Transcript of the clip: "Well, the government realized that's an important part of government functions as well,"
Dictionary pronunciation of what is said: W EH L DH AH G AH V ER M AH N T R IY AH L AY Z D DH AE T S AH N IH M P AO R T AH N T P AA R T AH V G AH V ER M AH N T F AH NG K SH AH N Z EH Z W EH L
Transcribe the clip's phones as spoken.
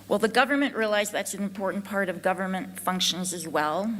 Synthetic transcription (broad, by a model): W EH L DH AH G AH V ER M AH N T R IY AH L AY Z DH AE T S AH N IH M P AO R T N P AA R T AH V G AH V ER M AH N T F AH NG K SH AH N Z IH Z W EH L